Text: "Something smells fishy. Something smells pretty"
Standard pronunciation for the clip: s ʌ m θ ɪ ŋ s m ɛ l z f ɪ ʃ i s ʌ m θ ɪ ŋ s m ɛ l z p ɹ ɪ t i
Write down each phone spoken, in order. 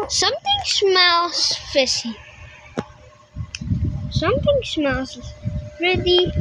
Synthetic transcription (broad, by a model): s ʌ m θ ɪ ŋ s m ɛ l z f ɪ s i s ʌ m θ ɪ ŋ s m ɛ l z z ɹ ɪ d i